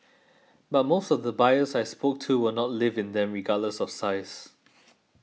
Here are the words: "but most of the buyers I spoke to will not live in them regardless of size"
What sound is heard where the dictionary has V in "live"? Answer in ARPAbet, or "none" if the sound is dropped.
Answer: V